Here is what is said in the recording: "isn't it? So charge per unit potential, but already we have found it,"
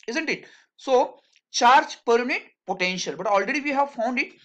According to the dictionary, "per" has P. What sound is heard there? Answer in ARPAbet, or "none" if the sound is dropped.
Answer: P